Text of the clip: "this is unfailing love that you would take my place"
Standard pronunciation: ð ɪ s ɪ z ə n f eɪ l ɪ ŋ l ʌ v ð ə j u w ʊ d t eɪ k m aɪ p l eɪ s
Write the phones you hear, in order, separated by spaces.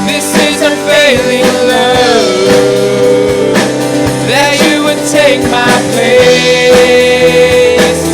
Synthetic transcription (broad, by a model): ð ɪ s ɪ z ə f eɪ l ɪ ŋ l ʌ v ð ə j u w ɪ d t eɪ k m aɪ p eɪ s